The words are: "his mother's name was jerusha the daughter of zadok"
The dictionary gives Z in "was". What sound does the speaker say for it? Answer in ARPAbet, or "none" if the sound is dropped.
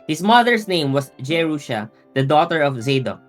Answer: S